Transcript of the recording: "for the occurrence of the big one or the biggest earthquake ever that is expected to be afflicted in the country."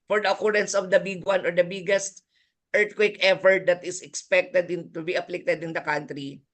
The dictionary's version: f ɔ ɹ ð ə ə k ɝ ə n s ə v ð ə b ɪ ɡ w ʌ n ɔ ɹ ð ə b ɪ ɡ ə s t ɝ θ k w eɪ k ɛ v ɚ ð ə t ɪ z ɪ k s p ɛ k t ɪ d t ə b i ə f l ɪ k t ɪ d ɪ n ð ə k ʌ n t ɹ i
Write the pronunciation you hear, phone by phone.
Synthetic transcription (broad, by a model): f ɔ ɹ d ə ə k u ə n s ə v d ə b ɪ ɡ w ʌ n ɔ ɹ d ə b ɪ ɡ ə s t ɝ t k w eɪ k ɛ f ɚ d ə t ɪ s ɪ k s p ɛ k t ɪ d t ə b i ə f l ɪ k t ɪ d ɪ n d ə k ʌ n t ɹ i